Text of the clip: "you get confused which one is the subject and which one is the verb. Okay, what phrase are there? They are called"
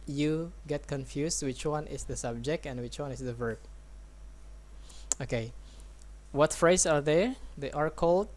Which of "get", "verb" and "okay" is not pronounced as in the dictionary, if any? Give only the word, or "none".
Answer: none